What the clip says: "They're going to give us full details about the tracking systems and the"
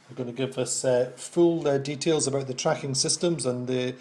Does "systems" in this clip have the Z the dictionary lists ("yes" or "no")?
yes